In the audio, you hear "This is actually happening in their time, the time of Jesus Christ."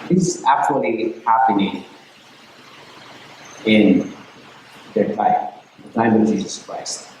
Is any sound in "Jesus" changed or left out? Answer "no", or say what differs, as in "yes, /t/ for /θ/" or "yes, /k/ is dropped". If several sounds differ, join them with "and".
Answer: no